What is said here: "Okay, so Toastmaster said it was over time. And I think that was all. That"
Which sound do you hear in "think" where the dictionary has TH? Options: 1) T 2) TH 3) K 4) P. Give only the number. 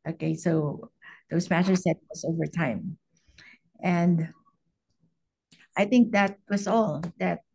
2